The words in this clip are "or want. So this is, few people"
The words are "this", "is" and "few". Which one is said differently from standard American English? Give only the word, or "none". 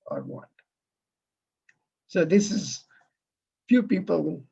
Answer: none